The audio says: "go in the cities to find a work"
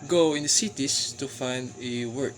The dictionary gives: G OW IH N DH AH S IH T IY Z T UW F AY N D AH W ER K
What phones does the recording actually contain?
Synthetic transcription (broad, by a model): G OW IH N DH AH S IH T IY S T UW F AY N D AH W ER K